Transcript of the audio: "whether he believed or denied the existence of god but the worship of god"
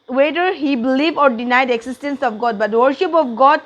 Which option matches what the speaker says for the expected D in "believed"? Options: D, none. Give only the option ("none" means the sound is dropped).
none